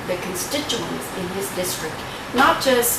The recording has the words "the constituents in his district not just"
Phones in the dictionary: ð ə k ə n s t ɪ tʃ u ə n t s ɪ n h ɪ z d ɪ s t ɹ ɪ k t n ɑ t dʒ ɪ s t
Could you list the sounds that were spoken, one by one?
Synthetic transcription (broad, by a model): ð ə k ə n s t ɪ tʃ u ə n t s ɪ n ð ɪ s d ɪ s t ɹ ɪ k t n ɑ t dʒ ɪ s